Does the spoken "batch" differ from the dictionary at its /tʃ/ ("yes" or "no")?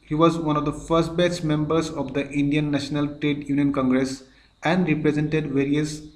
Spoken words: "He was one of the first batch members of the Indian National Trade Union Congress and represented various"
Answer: yes